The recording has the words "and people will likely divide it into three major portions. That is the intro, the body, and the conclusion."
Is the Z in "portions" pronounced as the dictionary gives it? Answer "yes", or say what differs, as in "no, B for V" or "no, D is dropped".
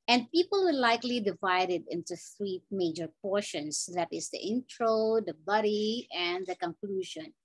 no, S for Z